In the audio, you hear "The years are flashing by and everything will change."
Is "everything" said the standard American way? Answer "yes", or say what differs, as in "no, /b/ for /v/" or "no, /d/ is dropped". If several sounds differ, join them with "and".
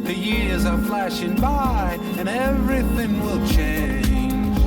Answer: yes